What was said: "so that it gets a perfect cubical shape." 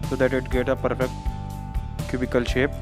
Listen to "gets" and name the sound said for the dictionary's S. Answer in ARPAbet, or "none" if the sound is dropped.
none